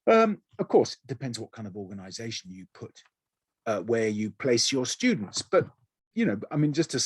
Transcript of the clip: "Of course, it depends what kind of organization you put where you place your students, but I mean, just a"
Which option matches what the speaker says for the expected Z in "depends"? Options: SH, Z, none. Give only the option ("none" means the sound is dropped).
Z